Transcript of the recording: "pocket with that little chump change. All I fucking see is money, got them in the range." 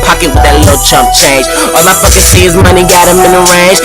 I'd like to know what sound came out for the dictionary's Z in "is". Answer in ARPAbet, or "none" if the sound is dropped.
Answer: Z